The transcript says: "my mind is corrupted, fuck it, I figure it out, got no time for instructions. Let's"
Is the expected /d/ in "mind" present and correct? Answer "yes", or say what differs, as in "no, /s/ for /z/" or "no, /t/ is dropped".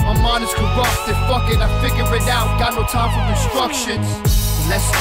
no, /d/ is dropped